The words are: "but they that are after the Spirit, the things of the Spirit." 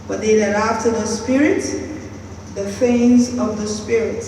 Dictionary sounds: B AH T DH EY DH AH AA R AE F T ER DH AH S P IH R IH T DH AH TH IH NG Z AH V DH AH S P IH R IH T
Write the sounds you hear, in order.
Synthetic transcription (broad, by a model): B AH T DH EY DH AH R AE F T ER DH AH S P IH R IH T DH AH F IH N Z AH V DH AH S P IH R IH T